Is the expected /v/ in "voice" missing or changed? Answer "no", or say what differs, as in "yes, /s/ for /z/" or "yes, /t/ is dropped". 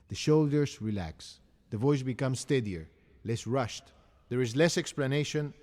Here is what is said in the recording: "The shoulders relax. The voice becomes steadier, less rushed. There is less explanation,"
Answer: no